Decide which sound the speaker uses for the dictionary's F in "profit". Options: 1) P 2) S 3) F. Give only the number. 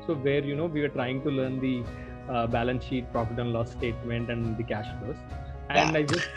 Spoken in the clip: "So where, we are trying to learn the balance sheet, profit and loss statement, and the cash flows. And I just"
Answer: 1